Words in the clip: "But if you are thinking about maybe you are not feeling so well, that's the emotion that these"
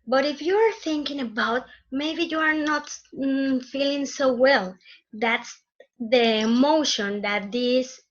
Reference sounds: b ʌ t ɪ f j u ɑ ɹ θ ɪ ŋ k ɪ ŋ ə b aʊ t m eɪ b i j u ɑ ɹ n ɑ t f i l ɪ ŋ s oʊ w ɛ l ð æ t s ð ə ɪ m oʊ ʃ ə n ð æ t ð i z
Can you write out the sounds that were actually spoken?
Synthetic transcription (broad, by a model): b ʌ t ɪ f j u ɑ ɹ θ ɪ ŋ k ɪ ŋ ə b aʊ t m eɪ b i j u ɑ ɹ n ɑ t f i l ɪ ŋ s oʊ w ɛ l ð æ t s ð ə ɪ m oʊ ʃ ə n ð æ t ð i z